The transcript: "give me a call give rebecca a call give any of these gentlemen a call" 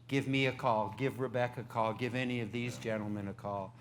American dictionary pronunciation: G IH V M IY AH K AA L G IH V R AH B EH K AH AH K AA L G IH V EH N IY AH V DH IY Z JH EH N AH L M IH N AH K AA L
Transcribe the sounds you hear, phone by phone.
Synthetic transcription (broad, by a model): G IH V M IY AH K AA L G IH V R AH B EH K AH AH K AA L G IH V EH N IY AH V DH IY Z JH EH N L M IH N AH K AA L